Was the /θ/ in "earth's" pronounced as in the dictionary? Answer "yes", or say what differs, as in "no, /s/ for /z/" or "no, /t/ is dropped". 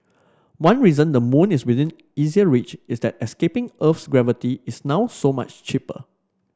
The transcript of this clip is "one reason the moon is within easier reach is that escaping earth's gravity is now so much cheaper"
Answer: no, /f/ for /θ/